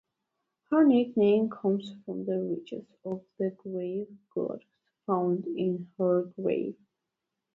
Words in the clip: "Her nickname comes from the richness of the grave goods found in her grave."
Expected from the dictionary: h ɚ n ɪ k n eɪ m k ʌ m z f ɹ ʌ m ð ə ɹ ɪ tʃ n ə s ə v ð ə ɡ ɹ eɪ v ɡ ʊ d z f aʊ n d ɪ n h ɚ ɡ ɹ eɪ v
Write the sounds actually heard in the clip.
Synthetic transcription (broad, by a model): h ɚ n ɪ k n eɪ m k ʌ m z f ɹ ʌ m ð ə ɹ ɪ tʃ ə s ə v ð ə ɡ ɹ eɪ v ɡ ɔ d s f aʊ n d ɪ n h ɚ ɡ ɹ eɪ v